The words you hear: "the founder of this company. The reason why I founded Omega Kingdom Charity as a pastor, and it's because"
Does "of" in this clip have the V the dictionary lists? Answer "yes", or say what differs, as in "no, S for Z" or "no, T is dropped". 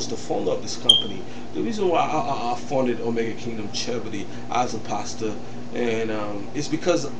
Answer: no, P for V